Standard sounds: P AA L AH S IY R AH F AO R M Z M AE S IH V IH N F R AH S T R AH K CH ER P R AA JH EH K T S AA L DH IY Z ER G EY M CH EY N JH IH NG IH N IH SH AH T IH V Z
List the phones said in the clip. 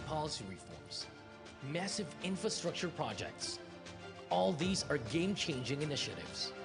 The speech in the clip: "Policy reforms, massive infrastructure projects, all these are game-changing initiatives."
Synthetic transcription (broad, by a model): P AA L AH S IY R AH F AO R M Z M AE S IH V IH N F R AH S T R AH K CH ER P R AA JH EH K T S AA L DH IY Z ER G EY M CH EY N JH IH NG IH N IH SH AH T IH V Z